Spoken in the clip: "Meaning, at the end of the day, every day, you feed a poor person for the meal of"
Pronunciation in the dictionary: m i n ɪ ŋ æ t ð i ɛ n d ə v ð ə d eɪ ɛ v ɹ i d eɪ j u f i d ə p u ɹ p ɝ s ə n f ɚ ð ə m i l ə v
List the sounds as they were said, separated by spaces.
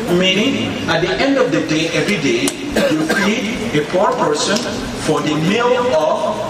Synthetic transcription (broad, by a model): m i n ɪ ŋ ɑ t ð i ɛ n d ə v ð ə d eɪ ɛ v ɹ i d eɪ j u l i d ə p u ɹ p ɝ s ə n f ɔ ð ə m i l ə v